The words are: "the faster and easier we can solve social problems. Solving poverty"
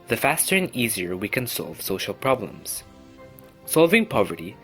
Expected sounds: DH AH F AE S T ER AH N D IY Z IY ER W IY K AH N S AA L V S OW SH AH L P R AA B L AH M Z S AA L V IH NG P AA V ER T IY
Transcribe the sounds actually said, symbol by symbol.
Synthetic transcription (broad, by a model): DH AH F AE S T ER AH N IY Z IY ER W IY K AH N S AA L V S OW SH AH L P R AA B L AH M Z S AA L V IH NG P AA V ER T IY